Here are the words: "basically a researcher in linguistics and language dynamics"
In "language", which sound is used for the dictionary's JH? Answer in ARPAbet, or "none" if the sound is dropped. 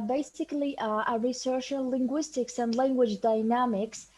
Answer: JH